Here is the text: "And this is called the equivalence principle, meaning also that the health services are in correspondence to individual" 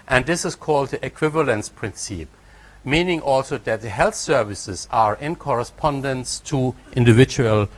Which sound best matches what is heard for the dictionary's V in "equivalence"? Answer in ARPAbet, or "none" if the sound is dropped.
V